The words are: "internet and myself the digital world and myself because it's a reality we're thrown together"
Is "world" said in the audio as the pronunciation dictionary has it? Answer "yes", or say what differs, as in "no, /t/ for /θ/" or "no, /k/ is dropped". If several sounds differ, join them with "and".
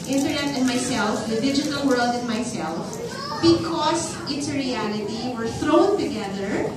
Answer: yes